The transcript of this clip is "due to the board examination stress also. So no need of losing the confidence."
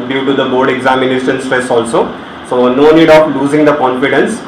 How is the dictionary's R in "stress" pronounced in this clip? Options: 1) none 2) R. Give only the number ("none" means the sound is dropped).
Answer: 1